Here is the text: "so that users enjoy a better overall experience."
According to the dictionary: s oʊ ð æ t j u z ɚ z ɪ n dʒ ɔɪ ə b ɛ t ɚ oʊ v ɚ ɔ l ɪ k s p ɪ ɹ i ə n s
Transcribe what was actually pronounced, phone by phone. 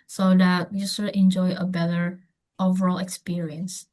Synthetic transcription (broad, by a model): s oʊ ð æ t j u s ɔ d ɪ n dʒ ɔɪ ə b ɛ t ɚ oʊ v ɚ ɔ l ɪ k s p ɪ ɹ i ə n s